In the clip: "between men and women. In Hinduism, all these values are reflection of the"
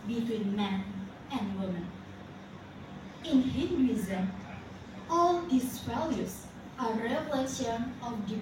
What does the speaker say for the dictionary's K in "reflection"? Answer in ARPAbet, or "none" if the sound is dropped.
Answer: none